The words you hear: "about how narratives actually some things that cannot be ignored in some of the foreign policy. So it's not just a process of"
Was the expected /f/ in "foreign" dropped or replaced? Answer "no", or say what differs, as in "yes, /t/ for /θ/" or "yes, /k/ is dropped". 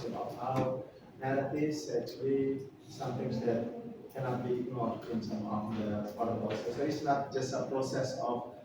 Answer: yes, /p/ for /f/